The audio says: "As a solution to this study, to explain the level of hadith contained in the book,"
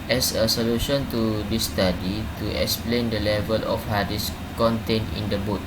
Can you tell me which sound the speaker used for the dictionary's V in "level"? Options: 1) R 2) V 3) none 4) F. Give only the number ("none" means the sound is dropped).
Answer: 2